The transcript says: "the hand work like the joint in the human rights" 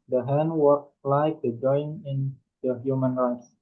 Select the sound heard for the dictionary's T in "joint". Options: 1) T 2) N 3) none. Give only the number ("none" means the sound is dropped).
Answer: 3